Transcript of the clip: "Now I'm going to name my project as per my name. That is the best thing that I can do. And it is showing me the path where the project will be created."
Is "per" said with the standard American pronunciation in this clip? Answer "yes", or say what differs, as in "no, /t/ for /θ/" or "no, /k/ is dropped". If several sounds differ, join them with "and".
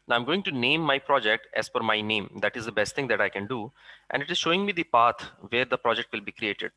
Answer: no, /f/ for /p/